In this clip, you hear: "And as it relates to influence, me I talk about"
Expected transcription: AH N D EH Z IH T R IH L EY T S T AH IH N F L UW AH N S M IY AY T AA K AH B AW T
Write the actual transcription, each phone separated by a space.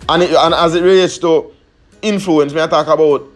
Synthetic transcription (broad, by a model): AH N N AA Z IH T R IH EY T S T AH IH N F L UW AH N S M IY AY T AA K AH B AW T